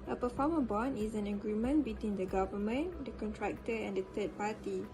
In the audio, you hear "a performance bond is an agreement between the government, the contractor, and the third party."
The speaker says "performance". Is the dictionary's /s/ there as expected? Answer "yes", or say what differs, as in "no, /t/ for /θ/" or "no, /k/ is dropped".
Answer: no, /s/ is dropped